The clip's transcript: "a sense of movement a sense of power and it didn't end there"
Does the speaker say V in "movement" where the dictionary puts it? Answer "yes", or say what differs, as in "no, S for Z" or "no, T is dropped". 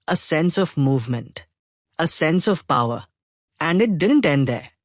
yes